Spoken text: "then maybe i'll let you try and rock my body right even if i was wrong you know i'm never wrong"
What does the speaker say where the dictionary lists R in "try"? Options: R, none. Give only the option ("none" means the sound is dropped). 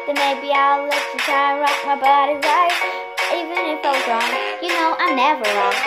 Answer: none